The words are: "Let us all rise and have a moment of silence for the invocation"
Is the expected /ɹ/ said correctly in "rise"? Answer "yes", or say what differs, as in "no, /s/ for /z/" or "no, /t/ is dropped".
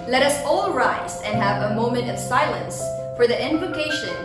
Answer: yes